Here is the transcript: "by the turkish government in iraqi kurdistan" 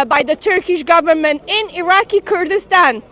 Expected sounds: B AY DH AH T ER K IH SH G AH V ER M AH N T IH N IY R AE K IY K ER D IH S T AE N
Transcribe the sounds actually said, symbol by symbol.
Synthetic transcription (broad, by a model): B AY DH AH T ER K IH SH G AH V ER M AH N T IH N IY R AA K IY K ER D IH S T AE N